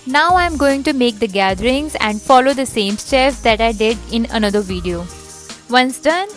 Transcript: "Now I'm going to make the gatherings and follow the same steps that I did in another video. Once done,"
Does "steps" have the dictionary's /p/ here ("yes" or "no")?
no